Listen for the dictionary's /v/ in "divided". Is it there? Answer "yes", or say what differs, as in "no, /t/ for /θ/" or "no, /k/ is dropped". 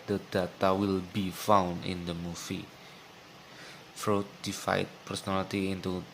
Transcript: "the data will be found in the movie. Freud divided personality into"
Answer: no, /f/ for /v/